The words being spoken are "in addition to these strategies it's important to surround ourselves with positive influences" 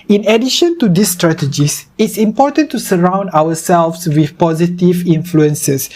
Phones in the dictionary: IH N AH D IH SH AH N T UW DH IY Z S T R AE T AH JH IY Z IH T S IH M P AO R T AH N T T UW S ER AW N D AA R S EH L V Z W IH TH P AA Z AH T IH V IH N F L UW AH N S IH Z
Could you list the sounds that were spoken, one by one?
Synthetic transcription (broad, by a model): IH N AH D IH SH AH N T UW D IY S T R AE T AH JH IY S IH T S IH M P AO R T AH N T T UW S ER AW N D AA W S EH L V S W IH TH P AA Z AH T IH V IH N F L UW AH N S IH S